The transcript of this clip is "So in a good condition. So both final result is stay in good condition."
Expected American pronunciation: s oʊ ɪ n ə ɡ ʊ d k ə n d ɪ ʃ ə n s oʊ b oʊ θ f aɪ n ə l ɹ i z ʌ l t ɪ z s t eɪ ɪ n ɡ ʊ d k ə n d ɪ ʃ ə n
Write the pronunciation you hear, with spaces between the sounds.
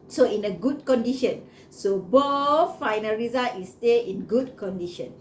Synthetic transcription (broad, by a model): s oʊ ɪ n ə ɡ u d k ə n d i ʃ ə n s oʊ b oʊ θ f aɪ n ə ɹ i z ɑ t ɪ s t eɪ ɪ n ɡ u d k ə n d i ʃ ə n